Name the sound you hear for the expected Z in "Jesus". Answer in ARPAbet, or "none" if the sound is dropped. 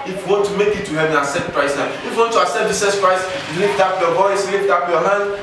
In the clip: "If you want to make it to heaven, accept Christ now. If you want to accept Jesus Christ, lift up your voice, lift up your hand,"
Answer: S